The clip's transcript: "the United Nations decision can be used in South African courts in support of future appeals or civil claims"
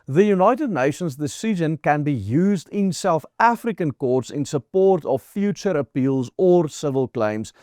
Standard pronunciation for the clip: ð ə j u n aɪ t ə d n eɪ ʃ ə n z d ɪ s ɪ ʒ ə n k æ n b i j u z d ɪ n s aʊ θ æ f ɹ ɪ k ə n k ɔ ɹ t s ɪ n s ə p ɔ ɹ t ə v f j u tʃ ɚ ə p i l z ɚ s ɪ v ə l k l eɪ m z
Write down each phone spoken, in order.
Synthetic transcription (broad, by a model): ð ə j u n aɪ t ə d n eɪ ʃ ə n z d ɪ s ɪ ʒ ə n k æ n b i j u z d ɪ n s aʊ θ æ f ɹ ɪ k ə n k ɔ ɹ t s ɪ n s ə p ɔ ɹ t ə v f j u tʃ ɚ ə p i l z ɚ s ɪ v ə l k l eɪ m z